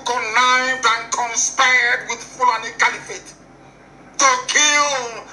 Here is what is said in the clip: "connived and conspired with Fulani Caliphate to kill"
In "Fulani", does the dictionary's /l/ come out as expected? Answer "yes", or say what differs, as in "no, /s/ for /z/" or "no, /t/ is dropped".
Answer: no, /l/ is dropped